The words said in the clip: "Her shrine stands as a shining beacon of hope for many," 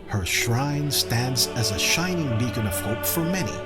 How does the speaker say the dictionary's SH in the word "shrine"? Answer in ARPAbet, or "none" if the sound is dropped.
SH